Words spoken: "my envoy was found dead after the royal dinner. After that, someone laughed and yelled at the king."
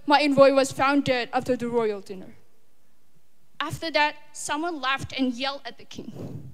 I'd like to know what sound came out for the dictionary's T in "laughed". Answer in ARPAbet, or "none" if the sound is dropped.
T